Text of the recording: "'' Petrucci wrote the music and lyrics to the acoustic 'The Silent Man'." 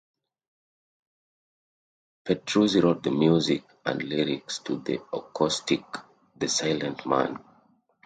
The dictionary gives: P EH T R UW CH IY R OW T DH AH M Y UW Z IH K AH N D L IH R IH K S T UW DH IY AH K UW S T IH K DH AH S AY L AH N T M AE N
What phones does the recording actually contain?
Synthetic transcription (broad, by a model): P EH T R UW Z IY R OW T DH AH M Y UW Z IH K AH N D L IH R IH K S T UW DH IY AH K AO S T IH K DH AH S AY L AH N T M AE N